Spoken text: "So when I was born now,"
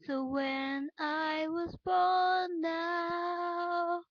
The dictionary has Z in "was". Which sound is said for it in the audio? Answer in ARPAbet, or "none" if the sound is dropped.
Z